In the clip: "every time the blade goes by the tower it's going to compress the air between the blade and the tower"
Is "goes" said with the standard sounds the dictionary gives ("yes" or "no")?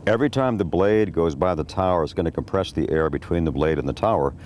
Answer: yes